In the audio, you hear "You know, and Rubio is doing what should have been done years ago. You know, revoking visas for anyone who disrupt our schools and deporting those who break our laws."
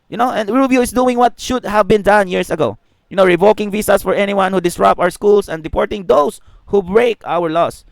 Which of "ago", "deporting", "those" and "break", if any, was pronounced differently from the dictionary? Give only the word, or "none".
those